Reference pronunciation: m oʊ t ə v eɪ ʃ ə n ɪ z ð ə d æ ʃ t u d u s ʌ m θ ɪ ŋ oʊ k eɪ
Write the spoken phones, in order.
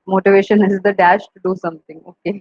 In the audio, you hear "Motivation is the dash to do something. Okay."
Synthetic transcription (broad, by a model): m oʊ t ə v eɪ ʃ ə n ɪ z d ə d æ ʃ t u d u s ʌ m t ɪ ŋ oʊ k eɪ